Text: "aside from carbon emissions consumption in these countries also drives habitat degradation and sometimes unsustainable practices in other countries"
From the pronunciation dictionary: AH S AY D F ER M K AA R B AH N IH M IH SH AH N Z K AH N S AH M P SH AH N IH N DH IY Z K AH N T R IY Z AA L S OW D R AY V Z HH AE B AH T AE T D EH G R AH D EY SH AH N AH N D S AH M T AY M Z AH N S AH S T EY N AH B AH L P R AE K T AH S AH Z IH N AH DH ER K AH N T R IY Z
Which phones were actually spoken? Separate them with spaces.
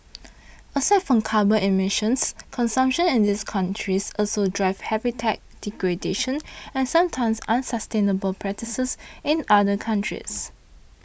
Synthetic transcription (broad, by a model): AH S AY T F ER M K AA B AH IH M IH SH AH N S K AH N S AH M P SH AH N IH N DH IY S K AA N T R IY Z AA L S OW D R AY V HH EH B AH T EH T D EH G R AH D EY SH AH N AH N S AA M T AY M S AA N S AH S T EY N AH B AH L P R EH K T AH S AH S IH N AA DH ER K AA N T R IY S